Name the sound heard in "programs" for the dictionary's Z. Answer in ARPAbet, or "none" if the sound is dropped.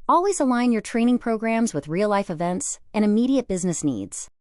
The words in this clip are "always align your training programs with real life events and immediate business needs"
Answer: Z